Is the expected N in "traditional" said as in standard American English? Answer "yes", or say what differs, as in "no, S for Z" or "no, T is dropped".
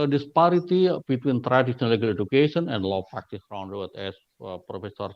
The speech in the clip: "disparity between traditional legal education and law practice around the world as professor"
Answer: no, N is dropped